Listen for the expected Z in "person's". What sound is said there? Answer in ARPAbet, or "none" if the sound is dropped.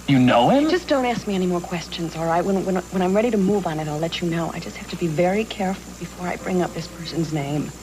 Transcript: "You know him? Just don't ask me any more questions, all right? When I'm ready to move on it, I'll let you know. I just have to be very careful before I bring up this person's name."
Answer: Z